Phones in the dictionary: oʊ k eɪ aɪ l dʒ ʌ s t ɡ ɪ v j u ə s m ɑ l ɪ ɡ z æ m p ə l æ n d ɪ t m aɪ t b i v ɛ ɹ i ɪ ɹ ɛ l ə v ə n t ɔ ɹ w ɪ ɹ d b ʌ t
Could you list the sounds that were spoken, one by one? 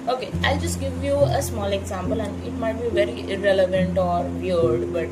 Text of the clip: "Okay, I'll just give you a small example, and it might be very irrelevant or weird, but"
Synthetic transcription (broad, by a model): oʊ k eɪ aɪ l dʒ ʌ s t ɡ ɪ v j u ə s m ɑ l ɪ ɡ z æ m p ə l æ n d ɪ t m aɪ t b i v ɛ ɹ i ɪ ɹ ɛ l ə v ə n t ɔ ɹ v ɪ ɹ d b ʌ t